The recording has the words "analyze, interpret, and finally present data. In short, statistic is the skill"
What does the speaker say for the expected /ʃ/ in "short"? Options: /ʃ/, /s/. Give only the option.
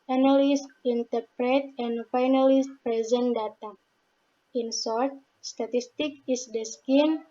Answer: /s/